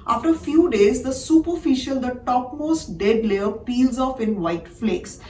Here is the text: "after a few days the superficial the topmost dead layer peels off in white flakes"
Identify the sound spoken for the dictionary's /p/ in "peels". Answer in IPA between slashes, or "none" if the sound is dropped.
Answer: /p/